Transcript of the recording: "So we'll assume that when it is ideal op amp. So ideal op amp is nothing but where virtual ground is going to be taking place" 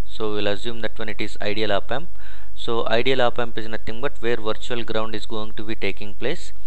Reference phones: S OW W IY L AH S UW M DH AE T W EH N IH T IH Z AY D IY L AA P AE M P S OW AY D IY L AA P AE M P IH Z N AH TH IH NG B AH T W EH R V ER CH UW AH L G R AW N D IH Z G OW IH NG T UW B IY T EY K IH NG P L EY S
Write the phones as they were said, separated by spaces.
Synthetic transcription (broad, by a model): S OW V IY L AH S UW M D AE T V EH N IH T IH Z AY D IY L AA P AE M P S OW AY D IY L AA P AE M P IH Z N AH T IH NG B AH T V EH R V ER CH UW AH L G R AW N D IH Z G OW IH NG T UW B IY T EY K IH NG P L EY S